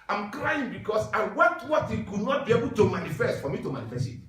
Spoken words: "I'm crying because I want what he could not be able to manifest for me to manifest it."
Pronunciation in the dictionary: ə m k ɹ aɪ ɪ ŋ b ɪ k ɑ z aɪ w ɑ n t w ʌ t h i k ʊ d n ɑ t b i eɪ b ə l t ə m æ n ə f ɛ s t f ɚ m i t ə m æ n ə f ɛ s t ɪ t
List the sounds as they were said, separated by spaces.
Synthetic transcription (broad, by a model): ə m k ɹ aɪ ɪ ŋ b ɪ k ɑ s aɪ w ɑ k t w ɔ t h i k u d n ɑ t b i eɪ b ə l t ə m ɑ n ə f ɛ s t f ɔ m i t ə m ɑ n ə f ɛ s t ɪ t